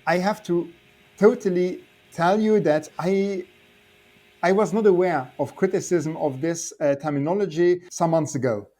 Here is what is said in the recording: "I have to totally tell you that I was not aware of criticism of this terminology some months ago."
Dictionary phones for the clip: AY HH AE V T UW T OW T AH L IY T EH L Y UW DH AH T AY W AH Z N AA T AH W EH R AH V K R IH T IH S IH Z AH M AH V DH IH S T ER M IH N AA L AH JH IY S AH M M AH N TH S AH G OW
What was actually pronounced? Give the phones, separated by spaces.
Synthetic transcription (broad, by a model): AY HH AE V T UW T OW T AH L IY T EH L Y UW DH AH T AY W AH Z N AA T AH W EH R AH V K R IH T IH S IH Z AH M AH V DH IH S T ER M IH N AA L AH JH IY S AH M M AH N TH S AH G OW